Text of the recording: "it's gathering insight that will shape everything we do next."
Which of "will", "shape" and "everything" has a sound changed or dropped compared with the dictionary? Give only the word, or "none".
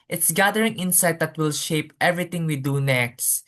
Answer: everything